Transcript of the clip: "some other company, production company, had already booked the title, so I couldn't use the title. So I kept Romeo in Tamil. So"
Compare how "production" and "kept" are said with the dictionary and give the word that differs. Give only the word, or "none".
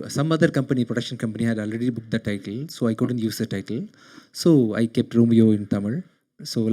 none